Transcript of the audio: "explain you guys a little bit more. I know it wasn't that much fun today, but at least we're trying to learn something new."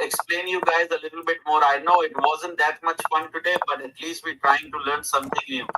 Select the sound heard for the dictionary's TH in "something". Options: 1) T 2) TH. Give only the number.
1